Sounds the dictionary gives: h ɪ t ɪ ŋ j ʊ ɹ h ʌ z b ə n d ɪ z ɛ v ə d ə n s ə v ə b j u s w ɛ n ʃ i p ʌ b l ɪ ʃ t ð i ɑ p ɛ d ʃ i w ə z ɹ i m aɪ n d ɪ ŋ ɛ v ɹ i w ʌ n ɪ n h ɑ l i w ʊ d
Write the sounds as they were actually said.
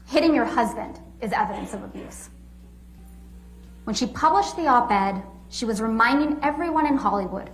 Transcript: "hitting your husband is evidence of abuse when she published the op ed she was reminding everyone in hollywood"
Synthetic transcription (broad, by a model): h ɪ t ɪ ŋ j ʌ ɹ h ʌ z b ə n d ɪ z ɛ v ə d ə n s ə v ə b j u s w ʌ n ʃ i p ʌ b l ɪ ʃ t ð i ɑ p ɛ d ʃ i w ə z ɹ i m aɪ n d ɪ ŋ ɛ v ɹ i w ʌ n ɪ n h ɑ l i w ʊ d